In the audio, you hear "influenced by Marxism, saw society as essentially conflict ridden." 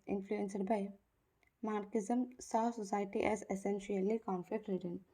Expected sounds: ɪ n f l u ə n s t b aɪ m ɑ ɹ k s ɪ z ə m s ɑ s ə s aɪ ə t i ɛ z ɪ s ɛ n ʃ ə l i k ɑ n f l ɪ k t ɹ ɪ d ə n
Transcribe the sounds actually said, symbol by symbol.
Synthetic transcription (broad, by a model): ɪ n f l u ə n s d b aɪ m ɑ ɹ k ɪ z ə m s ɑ s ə s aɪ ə t i ɛ z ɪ s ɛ n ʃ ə l i k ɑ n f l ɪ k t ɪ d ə n